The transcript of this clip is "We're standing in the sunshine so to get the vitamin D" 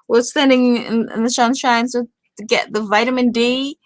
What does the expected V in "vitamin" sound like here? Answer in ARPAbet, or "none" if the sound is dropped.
V